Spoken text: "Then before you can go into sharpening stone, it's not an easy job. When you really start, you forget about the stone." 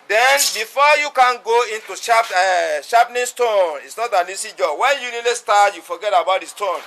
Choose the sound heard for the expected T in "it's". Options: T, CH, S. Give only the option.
T